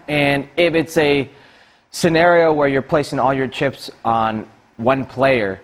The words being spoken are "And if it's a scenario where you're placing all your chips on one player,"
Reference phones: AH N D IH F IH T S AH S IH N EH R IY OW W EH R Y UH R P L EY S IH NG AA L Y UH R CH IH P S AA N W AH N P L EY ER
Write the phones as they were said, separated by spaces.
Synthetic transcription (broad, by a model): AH N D IH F IH T S AH S IH N EH R IY OW W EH R Y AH R P L EY S IH NG AA L Y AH R CH IH P S N W AH N P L EY ER